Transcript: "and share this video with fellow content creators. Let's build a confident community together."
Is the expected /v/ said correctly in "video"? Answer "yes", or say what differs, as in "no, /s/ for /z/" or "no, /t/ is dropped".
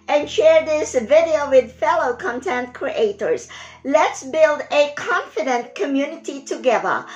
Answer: yes